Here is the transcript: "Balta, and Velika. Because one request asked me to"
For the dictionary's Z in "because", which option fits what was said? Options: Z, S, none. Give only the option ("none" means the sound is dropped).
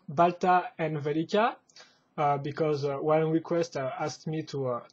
Z